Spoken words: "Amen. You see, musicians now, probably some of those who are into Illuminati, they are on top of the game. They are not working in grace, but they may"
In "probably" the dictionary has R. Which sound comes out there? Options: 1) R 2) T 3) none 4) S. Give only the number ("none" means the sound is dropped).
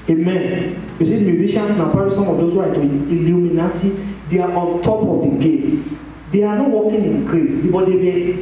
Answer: 3